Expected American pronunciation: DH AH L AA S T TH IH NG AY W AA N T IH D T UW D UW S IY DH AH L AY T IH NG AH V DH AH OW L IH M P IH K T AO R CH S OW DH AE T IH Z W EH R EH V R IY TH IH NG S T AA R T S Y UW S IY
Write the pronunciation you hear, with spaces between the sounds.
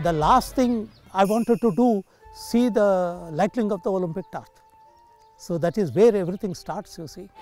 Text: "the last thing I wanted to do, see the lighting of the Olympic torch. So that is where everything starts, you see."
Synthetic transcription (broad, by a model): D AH L AA S T T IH NG AY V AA N T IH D T UW D UW S IY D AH L AY T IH NG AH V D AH OW L IH M P IH K T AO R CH S OW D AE T IH Z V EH R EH V R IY T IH NG S T AA R T S Y UW S IY